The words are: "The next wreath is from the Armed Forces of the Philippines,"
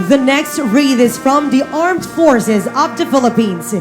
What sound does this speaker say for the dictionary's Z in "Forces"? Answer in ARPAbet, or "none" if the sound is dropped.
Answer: Z